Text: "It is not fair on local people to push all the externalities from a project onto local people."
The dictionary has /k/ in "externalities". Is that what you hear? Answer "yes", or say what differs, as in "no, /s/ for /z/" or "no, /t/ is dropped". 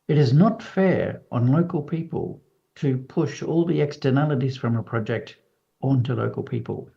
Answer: yes